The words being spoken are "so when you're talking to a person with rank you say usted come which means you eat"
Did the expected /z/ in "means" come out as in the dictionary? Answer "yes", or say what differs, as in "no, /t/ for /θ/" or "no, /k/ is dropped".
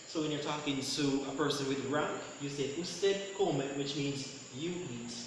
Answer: yes